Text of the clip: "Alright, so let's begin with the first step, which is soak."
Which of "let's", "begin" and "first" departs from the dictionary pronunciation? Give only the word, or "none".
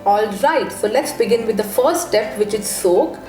first